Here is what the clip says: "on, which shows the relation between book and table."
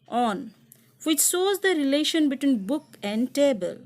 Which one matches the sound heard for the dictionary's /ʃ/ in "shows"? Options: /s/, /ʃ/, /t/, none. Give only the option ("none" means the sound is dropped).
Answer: /s/